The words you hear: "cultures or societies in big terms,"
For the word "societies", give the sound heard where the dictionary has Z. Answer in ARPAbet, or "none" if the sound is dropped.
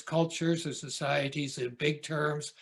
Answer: Z